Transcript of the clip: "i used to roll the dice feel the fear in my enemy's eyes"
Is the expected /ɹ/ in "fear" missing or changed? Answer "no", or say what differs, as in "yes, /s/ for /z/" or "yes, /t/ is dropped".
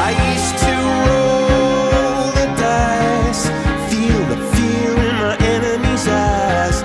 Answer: yes, /l/ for /ɹ/